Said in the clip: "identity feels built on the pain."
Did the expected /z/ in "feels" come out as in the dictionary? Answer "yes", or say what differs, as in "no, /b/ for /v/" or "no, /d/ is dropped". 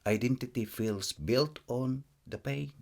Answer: no, /s/ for /z/